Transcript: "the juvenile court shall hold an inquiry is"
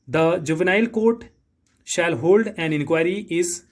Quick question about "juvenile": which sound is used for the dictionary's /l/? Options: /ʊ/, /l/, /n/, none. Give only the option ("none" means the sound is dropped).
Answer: /l/